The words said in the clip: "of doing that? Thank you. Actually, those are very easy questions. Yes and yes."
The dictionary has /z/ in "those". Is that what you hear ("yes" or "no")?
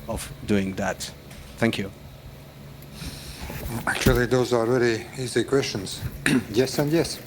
yes